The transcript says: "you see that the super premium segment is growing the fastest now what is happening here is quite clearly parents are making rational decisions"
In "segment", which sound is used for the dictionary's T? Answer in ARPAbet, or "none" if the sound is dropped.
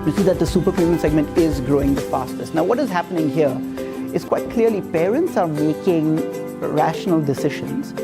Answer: T